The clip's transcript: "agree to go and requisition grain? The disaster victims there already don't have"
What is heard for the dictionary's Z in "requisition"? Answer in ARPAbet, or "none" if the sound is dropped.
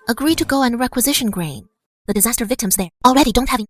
Z